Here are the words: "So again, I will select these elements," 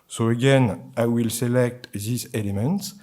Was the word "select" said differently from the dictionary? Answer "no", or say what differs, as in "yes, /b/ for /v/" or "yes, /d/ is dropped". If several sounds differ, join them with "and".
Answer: no